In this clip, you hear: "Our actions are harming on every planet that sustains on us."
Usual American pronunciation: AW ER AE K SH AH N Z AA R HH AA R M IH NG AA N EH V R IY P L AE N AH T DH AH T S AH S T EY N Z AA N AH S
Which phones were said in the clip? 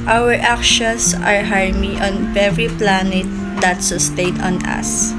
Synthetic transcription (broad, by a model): AW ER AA K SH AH N S AA R HH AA R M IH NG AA N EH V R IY P L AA N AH T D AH T S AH S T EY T AA N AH S